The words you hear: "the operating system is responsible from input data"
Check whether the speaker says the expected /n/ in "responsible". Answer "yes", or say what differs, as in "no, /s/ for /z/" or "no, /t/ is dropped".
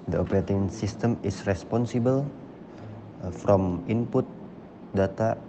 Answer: yes